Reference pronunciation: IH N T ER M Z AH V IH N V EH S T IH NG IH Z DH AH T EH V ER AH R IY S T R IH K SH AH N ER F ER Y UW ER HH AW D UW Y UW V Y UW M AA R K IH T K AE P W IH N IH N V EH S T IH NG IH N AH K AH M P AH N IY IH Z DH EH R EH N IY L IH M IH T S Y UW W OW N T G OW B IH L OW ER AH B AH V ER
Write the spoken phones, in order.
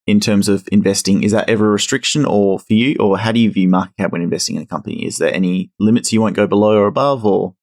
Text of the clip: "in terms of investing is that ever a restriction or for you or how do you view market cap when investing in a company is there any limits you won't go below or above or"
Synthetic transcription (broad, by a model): IH N T ER M Z AH V IH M V EH S T IH NG IH Z DH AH T EH V ER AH R IY S T R IH K SH AH N ER F ER Y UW ER HH AW D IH Y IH V Y UW M AA R K IH T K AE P W IH N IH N V EH S T IH NG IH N AH K AH M P AH N IY IH Z DH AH R EH N IY L IH M IH T S Y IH W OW N G OW B IH L OW ER AH B AH V ER